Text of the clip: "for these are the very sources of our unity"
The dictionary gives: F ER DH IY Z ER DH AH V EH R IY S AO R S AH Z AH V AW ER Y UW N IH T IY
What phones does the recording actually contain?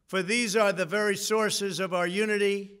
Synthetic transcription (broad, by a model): F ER DH IY Z ER DH AH V EH R IY S AO R S AH Z AH V AW ER Y UW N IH T IY